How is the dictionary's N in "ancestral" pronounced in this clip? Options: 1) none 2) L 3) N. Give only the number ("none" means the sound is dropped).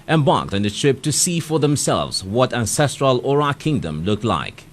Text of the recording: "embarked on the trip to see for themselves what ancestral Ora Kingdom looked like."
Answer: 3